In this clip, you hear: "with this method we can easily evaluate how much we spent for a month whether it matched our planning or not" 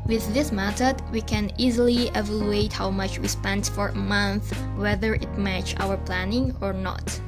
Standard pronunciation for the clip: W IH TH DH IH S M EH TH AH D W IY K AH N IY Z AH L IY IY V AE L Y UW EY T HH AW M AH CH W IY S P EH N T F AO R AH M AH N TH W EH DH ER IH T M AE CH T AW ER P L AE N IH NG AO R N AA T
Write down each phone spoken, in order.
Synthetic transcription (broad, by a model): W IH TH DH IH S M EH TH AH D W IY K AH N IY Z AH L IY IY V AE L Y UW EY T HH AW M AH CH W IY S P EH N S F AO R AH M AH N TH W EH DH ER IH T M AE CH AW ER P L AE N IH NG AO R N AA T